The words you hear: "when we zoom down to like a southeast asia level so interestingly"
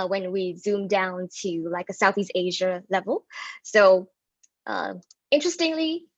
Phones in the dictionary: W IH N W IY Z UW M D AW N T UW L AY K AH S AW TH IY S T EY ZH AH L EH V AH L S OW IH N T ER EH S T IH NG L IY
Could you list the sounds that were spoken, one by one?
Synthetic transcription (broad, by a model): W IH N W IY Z UW M D AW N T UW L AY K AH S AW TH IY S T EY ZH AH L EH V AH L S OW IH N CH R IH S T IH NG L IY